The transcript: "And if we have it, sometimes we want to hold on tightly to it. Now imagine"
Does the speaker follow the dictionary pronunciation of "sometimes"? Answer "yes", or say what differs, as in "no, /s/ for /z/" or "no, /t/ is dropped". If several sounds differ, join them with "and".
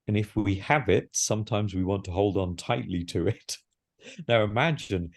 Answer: yes